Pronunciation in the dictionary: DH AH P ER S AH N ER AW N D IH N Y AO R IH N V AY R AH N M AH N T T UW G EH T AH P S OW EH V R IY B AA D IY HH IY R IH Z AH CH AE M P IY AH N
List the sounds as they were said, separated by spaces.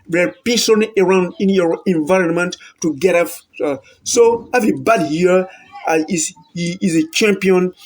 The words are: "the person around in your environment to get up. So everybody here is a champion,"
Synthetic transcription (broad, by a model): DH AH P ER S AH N ER AW N D IH N Y AO R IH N V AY R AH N M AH N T T UW G EH T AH F S OW EH V R IY B AA D IY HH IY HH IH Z AH CH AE M P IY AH N